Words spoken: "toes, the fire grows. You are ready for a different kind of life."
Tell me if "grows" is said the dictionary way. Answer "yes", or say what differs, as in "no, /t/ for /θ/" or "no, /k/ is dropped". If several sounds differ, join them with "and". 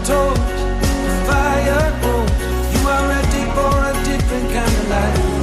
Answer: no, /ɹ/ is dropped and /z/ is dropped